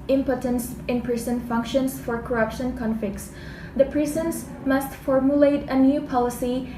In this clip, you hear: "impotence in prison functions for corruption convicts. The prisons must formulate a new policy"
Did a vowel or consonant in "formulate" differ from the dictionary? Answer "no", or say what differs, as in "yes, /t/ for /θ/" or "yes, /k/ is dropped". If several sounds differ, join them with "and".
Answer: no